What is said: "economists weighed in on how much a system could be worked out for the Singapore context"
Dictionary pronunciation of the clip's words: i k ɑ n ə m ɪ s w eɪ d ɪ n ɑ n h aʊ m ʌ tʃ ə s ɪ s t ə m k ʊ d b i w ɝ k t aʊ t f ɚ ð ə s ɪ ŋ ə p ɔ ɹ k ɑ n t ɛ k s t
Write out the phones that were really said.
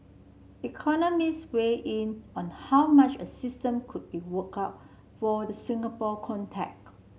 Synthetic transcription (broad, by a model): i k ɑ n ə m ɪ s w eɪ ɪ n ɑ n h aʊ m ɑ tʃ ə s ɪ s t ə m k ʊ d b i w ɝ k aʊ t f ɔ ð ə s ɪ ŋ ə p ɔ k ɑ n t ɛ k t